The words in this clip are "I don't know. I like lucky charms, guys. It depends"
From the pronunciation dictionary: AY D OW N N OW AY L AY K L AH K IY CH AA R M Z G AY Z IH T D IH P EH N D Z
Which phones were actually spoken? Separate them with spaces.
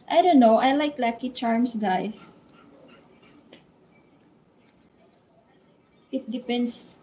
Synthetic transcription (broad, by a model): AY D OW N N OW AY L AY K L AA K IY CH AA R M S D AY S IH T D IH P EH N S